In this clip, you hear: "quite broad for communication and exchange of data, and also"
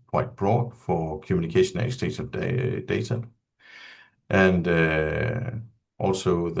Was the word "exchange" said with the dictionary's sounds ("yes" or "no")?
no